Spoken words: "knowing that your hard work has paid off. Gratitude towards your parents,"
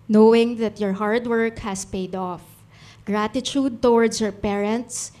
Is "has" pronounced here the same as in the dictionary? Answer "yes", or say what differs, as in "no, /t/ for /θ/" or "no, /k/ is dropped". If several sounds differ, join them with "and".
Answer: no, /s/ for /z/